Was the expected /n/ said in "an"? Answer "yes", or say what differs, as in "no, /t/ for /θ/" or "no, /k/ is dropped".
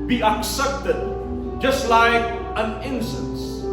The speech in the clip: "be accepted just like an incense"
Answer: yes